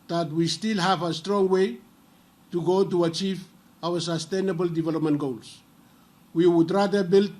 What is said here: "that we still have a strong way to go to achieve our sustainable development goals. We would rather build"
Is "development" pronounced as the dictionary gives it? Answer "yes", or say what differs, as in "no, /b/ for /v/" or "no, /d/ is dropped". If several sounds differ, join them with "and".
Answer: yes